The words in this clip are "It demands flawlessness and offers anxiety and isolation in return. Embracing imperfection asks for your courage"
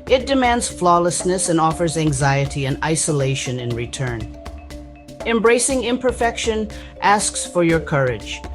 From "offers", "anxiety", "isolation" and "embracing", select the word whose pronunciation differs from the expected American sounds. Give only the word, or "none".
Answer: none